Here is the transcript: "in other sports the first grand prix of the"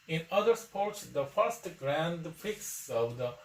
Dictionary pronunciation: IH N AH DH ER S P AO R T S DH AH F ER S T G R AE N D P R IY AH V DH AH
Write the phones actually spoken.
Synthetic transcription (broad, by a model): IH N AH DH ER S P AO R T S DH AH F ER S T G R AE N D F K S AH V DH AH